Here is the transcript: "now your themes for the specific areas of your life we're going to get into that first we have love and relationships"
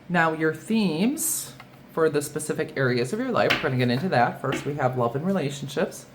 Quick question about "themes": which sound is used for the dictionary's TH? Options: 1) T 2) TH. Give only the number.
2